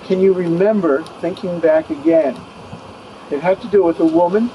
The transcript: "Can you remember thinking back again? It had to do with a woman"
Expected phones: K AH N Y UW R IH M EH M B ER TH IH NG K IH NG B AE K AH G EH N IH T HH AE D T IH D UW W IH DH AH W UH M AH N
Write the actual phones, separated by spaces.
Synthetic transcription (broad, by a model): K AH N Y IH R IH M EH M B ER TH IH NG K IH NG B AE K AH G EH N IH T HH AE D T IH D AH W IH DH AH W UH M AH N